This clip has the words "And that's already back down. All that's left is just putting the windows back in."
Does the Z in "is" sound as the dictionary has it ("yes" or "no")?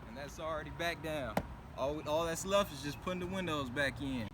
yes